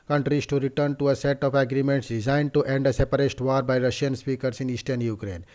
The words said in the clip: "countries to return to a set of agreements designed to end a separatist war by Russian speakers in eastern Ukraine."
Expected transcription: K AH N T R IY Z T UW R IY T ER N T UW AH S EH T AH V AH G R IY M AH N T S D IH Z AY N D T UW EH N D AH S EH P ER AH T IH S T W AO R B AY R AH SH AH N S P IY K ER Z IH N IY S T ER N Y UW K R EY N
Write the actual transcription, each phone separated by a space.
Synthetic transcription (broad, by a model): K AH N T R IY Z T UW R IY T ER N T UW AH S EH T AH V AH G R IY M AH N T S D IH Z AY N D T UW EH N D AH S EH P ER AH T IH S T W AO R B AY R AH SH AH N S P IY K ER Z IH N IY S T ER N Y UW K R EY N